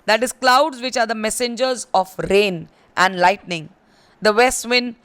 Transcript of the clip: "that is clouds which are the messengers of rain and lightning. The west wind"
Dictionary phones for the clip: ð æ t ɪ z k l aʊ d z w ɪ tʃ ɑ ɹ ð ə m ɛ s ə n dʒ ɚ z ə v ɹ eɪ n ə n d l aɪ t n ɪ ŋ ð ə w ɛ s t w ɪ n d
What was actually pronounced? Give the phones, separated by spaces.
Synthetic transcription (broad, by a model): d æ t ɪ z k l aʊ d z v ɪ tʃ ɑ ɹ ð ə m ɛ s ə n dʒ ɚ z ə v ɹ eɪ n ə n d l aɪ t n ɪ ŋ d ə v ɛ s t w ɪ n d